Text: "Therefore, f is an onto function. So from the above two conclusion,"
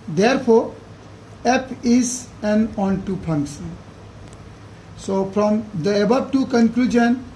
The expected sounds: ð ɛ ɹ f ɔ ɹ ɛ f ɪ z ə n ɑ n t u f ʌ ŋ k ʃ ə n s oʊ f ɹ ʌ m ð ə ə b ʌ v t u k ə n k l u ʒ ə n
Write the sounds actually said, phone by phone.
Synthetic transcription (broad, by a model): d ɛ ɹ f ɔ ɹ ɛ p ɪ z ə n ɑ n t u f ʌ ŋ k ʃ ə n s oʊ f ɹ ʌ m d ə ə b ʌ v t u k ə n k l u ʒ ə n